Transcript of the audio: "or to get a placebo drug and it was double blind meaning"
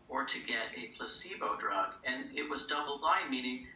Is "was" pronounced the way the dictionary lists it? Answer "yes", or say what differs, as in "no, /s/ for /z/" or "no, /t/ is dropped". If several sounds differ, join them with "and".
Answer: yes